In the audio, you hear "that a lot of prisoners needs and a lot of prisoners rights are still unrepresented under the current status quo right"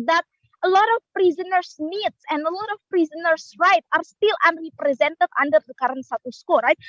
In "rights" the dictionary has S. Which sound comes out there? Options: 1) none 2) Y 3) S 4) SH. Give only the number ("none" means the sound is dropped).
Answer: 1